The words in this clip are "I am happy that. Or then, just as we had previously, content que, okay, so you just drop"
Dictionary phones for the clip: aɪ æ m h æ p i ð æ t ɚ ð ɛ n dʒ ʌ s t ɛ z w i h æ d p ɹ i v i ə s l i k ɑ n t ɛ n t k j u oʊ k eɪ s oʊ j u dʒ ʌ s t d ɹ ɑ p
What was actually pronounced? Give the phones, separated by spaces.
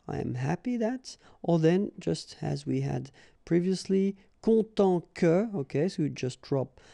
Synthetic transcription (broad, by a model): aɪ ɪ m h æ p i ð æ t ɚ ð ɛ n dʒ ʌ s t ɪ z w i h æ d p ɹ i v i ə s l i k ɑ t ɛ k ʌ oʊ k eɪ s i dʒ ʌ s t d ɹ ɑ p